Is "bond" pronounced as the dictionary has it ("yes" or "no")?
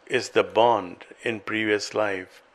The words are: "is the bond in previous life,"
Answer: yes